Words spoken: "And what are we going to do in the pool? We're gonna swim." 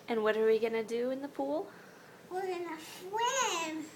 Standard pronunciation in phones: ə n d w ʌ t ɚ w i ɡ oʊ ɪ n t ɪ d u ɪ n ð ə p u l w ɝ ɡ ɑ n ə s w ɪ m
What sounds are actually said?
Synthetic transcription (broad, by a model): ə n w ʌ t ɚ w i ɡ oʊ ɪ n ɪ d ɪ ɪ n ð ə p u l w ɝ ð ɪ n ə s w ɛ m